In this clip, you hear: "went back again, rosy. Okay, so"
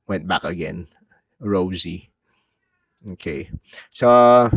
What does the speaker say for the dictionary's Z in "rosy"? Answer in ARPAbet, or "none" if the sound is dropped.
Z